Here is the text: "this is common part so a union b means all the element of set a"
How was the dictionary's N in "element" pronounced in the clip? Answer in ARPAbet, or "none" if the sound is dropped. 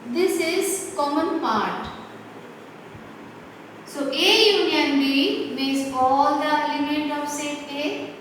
none